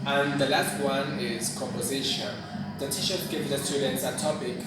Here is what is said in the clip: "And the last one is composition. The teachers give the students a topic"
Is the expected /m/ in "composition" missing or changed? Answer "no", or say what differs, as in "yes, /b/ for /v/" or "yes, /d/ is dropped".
no